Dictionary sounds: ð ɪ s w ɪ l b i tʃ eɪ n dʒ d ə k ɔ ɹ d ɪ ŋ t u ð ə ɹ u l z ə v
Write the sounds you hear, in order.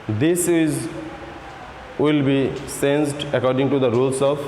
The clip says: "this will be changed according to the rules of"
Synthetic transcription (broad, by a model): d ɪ s w ɪ l b i s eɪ n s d ə k ɔ ɹ d ɪ ŋ t u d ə ɹ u l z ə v